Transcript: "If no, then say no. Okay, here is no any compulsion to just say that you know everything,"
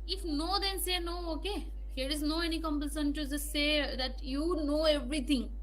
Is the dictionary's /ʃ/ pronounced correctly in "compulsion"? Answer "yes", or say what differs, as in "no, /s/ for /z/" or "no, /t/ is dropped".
no, /s/ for /ʃ/